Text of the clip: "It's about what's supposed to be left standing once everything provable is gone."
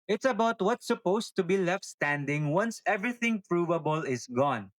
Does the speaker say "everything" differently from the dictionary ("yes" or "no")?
no